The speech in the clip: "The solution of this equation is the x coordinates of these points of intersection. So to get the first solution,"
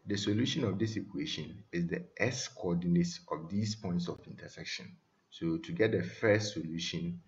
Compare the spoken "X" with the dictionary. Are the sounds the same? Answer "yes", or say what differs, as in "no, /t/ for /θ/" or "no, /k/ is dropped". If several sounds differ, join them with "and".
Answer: no, /k/ is dropped